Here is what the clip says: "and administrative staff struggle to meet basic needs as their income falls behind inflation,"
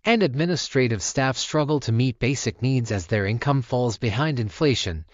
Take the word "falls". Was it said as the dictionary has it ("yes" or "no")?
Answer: yes